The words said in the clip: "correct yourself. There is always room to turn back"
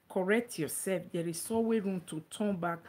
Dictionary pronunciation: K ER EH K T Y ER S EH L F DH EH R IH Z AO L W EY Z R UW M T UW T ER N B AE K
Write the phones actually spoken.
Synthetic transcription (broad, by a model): K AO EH K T Y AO S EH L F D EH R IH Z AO W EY R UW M T UW T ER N B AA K